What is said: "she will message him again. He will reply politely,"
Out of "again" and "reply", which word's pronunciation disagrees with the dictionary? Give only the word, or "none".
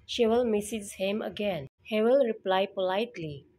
none